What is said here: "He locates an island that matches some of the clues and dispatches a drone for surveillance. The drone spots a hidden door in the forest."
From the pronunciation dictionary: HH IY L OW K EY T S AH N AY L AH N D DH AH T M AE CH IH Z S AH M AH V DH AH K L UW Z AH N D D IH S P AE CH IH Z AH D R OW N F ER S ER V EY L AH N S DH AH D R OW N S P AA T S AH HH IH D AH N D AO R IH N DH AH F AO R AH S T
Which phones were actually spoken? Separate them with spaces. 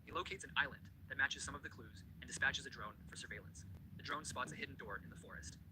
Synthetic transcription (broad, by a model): HH IY L OW K EY T S AH N AY L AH N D DH AH T M AE CH IH Z S AH M AH V DH AH K L UW Z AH N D D IH S P AE CH IH Z AH D R OW N F ER S ER V EY L AH N S DH AH D R OW N S P AA T S AH HH IH D N D AO R IH N DH AH F AO R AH S T